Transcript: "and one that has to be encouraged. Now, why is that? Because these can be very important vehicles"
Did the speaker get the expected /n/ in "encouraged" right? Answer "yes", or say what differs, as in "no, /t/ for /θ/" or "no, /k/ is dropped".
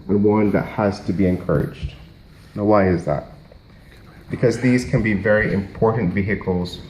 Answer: yes